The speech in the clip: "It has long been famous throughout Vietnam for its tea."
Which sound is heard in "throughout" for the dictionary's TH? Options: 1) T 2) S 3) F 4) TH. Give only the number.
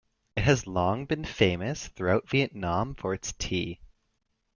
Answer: 4